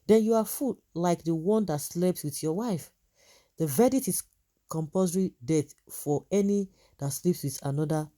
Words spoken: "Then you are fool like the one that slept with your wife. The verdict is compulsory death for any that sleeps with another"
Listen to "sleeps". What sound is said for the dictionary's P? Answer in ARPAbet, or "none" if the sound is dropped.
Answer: P